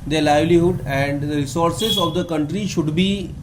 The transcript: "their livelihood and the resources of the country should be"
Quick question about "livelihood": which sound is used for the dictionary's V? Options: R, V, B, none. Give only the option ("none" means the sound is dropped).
V